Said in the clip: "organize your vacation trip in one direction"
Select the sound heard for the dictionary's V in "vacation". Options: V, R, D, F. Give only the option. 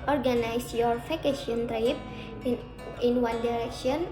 F